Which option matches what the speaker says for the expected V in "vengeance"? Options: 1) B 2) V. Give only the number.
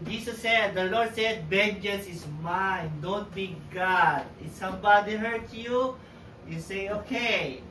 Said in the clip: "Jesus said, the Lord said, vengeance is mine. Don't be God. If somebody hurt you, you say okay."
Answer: 1